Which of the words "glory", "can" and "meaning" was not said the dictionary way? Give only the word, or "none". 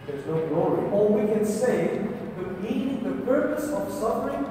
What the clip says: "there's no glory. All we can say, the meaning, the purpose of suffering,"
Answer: meaning